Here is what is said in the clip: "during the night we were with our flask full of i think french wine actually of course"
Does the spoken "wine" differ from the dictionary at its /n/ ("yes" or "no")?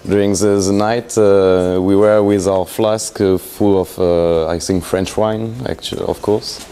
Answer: no